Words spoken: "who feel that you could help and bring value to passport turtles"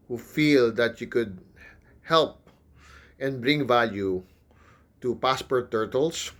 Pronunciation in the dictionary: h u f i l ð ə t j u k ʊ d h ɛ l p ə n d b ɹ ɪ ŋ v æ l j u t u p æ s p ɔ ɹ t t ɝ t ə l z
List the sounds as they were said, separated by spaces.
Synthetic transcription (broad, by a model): h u f i l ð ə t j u k ʊ d h ɛ l p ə n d b ɹ ɪ ŋ v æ l j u t u p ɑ s p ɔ ɹ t t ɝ t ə l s